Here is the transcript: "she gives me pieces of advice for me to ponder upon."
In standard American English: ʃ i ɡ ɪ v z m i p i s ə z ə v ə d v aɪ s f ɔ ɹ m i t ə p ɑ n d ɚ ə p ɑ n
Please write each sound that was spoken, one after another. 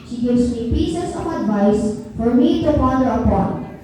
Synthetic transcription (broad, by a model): ʃ i ɡ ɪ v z m i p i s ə s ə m ə d v aɪ s f ɔ ɹ m i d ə f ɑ d ɚ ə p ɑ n